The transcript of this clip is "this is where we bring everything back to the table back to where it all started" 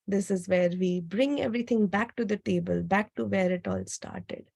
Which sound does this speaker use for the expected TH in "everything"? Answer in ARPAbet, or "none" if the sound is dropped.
T